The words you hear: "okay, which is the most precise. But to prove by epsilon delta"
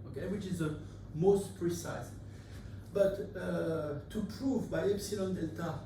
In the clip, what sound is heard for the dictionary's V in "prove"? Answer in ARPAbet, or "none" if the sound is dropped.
V